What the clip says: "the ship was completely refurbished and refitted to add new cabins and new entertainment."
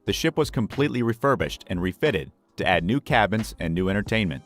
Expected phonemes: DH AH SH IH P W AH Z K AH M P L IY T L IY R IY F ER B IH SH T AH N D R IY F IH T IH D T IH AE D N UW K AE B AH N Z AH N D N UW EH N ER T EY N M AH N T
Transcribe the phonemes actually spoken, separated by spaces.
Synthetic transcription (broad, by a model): DH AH SH IH P W AH Z K AH M P L IY T L IY R IY F ER B IH SH T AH N R IY F IH T IH D T IH AE D N UW K AE B AH N Z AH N N UW EH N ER T EY N M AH N T